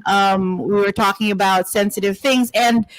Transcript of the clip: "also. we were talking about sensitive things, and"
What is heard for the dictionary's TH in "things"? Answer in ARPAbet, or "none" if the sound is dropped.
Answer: TH